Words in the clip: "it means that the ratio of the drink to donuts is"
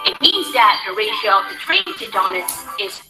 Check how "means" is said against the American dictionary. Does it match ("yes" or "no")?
yes